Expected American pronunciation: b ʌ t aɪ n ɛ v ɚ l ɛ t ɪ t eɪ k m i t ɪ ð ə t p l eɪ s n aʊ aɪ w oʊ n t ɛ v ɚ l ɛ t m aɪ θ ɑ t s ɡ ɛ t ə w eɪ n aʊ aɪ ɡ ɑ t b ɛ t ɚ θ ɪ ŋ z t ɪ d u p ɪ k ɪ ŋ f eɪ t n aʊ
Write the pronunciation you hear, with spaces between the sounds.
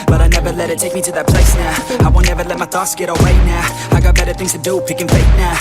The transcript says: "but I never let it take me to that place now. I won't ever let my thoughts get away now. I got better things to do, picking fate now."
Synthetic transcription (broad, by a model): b ʌ t aɪ n ɛ v ɚ l ɛ t ɪ t eɪ k m i t ɪ ð ə t p l eɪ s n aʊ aɪ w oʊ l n ɛ v ɚ l ɛ t m aɪ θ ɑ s ɡ ɛ t ə w eɪ n aʊ aɪ ɡ ɑ t b ɛ t ɚ θ ɪ ŋ z t ɪ d u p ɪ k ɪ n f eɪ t n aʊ